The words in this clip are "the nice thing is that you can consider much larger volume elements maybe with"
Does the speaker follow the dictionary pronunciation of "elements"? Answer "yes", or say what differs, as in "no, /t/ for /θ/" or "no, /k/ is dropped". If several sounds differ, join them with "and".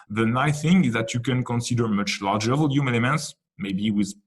yes